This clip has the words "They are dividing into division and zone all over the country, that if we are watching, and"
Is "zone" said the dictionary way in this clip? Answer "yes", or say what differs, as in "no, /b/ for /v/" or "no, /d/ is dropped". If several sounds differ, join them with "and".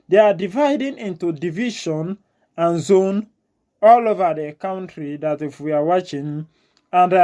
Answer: yes